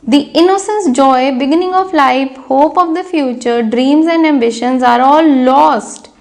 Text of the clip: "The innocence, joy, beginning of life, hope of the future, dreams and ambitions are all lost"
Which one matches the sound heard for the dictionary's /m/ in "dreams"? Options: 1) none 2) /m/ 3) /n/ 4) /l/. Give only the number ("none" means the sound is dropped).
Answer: 2